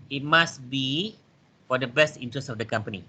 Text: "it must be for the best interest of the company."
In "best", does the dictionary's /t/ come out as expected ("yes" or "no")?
yes